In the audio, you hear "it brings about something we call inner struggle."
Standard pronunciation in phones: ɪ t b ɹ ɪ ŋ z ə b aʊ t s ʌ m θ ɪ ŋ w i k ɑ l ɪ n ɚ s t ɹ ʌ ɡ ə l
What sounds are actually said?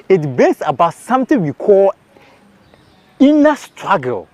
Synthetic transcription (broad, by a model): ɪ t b ɪ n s ə b aʊ t s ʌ m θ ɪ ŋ w i k ɑ l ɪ n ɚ s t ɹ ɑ ɡ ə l